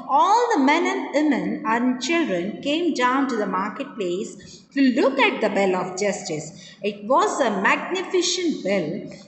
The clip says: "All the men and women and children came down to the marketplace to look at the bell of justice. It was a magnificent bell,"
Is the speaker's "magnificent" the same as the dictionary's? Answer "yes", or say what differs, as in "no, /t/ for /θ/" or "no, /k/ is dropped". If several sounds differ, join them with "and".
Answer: no, /ʃ/ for /s/